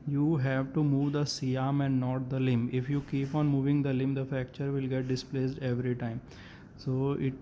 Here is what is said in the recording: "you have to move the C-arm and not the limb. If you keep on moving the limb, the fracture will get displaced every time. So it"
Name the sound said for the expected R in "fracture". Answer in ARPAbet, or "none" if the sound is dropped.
none